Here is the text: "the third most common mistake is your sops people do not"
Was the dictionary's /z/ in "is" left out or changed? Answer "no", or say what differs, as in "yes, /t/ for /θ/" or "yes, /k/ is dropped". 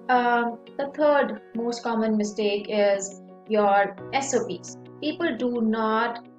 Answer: no